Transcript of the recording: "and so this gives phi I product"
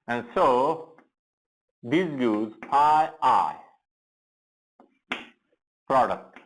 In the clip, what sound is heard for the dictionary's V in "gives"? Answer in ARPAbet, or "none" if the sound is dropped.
none